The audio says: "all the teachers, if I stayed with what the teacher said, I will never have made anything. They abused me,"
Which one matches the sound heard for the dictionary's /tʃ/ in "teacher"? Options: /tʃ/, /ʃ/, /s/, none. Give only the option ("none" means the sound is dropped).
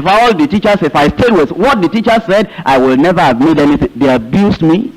/tʃ/